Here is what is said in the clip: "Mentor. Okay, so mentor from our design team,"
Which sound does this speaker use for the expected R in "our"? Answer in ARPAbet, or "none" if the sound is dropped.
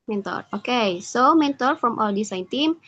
L